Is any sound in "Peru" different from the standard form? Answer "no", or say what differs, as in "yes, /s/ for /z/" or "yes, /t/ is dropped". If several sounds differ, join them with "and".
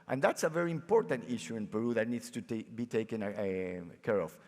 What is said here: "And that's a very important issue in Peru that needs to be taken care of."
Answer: no